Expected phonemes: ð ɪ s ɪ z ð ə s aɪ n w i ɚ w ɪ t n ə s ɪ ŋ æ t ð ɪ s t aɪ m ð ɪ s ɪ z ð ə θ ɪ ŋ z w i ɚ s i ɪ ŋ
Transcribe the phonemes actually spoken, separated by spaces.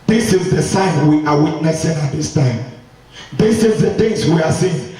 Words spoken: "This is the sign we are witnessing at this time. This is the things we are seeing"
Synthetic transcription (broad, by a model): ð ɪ s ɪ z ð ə s aɪ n w i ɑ w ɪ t n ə s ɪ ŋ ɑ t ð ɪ s t aɪ m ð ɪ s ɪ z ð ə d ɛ z w i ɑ s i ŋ